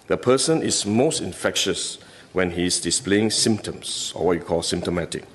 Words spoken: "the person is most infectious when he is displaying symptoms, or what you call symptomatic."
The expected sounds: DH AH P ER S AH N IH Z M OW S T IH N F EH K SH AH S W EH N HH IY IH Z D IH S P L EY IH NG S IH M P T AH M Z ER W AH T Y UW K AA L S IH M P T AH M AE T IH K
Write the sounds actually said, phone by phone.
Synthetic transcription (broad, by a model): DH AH P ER S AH N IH S M OW S T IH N F EH K SH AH S W EH N HH IY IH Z D IH S P L EY IH NG S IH M P T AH M S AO W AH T Y UW K AA L S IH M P T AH M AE T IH K